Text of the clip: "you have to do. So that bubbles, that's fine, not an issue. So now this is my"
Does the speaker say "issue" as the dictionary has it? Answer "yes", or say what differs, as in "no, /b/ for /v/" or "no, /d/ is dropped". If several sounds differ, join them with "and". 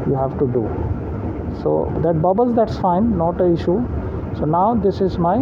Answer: yes